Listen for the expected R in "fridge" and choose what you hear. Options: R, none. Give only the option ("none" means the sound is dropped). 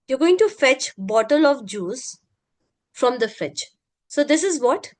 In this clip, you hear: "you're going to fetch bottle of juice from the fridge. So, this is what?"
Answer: none